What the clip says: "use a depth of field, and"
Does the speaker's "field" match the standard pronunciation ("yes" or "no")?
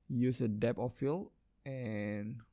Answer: no